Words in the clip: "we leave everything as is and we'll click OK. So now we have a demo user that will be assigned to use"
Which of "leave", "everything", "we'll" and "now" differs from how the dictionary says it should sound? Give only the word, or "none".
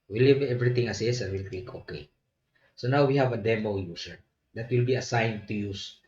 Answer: everything